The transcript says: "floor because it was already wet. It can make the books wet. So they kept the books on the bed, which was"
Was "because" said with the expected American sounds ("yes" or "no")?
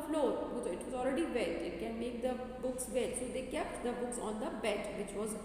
no